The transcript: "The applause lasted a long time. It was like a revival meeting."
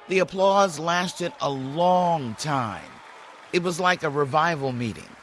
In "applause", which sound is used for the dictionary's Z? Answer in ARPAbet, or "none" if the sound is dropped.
Z